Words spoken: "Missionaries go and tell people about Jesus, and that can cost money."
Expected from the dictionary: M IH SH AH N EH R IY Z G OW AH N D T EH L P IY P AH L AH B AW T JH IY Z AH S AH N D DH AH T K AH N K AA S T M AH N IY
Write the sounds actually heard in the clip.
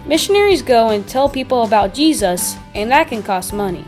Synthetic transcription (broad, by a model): M IH SH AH N EH R IY Z G OW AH N T EH L P IY P L AH B AW T JH IY Z AH S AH N DH AH T K AH N K AA S T M AH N IY